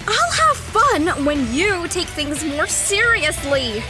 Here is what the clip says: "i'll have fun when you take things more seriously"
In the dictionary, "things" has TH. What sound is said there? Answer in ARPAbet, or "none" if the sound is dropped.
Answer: TH